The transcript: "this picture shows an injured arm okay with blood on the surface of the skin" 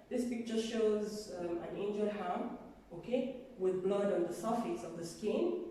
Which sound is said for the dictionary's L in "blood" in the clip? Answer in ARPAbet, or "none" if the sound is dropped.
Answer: L